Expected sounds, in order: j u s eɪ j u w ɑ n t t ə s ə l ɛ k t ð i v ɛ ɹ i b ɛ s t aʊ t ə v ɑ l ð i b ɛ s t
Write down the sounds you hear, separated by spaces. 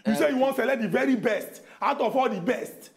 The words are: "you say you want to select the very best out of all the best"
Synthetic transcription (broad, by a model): j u s eɪ j u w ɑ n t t s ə l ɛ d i v ɛ ɹ i b ɛ s t aʊ t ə f ɑ l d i b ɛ s t